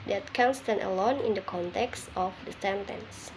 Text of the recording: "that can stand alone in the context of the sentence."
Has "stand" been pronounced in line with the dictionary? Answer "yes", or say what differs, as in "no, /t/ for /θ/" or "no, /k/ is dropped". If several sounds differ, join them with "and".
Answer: no, /d/ is dropped